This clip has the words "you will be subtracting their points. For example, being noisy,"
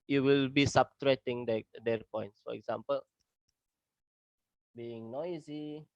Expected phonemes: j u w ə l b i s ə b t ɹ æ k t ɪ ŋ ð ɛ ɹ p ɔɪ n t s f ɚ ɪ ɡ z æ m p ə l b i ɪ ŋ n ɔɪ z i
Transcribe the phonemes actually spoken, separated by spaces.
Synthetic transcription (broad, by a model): j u w ə l b i s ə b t ɹ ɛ t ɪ ŋ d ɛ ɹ p ɔɪ n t s f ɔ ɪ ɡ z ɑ m p ə l b i ɪ ŋ n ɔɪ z i